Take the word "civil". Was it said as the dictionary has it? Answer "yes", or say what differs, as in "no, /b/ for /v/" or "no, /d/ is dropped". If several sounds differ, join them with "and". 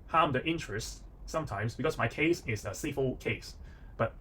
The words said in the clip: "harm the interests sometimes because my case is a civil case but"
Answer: no, /f/ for /v/